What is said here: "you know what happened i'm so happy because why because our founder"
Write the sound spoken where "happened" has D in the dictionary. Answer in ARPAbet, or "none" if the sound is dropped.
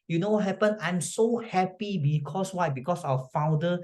none